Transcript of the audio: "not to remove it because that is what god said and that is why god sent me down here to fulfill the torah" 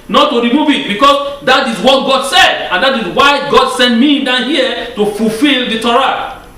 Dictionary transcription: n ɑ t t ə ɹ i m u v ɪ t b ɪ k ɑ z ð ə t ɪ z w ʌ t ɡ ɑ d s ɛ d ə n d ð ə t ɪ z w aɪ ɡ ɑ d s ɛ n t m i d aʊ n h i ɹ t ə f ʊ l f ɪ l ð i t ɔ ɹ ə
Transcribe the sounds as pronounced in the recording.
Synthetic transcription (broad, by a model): n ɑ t t ə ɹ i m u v ɪ t b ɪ k ɑ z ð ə t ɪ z w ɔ t ɡ ɑ d s ɛ d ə n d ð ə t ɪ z w aɪ ɡ ɑ d s ɛ n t m i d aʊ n h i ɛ t ə f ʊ l f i l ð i t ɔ ɹ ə